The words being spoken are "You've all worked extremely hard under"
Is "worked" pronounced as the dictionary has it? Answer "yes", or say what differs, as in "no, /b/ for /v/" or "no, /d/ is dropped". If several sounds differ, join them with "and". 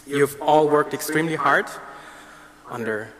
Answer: yes